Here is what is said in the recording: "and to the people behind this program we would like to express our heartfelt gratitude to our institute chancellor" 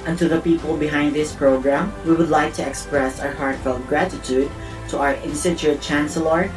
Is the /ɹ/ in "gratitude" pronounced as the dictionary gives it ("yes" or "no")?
yes